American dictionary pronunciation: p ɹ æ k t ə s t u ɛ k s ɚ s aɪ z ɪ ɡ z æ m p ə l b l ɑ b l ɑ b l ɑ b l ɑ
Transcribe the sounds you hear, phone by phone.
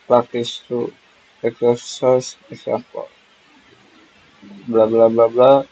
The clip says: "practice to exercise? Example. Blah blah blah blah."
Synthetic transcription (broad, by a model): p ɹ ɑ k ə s t u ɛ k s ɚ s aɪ s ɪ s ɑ p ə b l ɑ b l ɑ b l ɑ b l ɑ